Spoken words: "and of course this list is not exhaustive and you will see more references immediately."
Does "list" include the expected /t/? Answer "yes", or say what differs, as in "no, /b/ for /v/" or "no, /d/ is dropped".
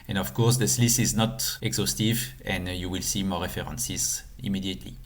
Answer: no, /t/ is dropped